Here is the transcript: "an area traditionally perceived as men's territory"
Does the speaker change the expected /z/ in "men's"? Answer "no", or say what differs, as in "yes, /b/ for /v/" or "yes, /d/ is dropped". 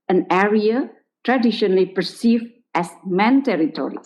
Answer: yes, /z/ is dropped